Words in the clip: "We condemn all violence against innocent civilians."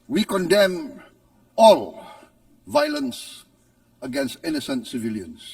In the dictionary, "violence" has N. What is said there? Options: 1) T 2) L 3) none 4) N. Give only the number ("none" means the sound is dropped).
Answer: 4